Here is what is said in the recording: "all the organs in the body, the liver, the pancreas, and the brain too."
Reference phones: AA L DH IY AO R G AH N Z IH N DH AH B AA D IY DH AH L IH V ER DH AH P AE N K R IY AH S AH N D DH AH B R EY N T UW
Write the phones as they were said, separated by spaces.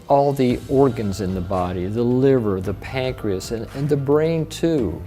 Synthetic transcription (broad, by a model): AA L DH IY AO R G AH N Z IH N DH AH B AA D IY DH AH L IH V ER DH AH P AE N K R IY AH S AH N DH AH B R EY N T UW